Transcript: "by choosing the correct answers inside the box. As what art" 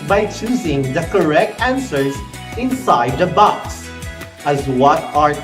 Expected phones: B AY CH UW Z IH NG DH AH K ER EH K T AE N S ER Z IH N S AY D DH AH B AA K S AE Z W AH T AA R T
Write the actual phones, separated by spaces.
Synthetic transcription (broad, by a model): B AY CH UW Z IH NG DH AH K ER EH K T AE N S ER Z IH N S AY D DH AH B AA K S AE Z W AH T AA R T